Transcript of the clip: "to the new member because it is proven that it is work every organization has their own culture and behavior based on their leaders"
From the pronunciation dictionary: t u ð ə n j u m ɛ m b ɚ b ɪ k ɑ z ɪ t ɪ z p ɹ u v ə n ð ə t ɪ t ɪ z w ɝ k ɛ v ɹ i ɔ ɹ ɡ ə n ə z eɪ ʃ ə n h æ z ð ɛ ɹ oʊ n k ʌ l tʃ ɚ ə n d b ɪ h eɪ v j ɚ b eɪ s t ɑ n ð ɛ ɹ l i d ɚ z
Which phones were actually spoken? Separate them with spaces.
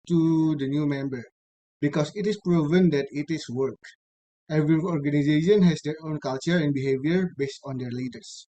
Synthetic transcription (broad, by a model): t u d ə n j u m ɛ m b ɚ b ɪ k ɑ s ɪ t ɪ s p ɹ u v ə n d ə t ɪ t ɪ s w ɝ k ɛ v ɹ i ɔ ɹ ɡ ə n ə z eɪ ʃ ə n h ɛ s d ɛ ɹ oʊ n k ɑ l tʃ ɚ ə n b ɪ h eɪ v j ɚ b eɪ s t ɑ n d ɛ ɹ l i d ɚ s